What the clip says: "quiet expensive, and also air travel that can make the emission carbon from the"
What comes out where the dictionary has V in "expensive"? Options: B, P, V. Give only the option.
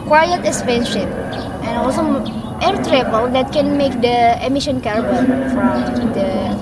P